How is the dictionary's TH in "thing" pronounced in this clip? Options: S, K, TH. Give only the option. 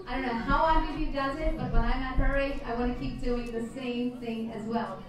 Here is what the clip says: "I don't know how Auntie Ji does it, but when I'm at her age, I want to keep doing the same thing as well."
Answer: TH